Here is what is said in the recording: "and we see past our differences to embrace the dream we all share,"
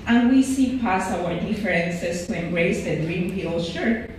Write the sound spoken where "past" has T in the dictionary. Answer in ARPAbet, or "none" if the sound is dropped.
none